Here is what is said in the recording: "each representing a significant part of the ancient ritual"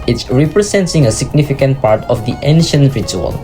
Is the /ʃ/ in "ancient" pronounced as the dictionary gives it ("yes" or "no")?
yes